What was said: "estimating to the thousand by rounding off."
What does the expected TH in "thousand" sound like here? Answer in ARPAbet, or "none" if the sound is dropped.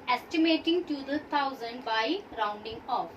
T